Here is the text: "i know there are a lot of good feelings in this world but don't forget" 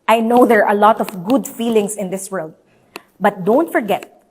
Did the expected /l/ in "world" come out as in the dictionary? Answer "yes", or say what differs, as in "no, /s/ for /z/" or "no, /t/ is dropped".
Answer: yes